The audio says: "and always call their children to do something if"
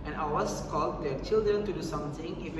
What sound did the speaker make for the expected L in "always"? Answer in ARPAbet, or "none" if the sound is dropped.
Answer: none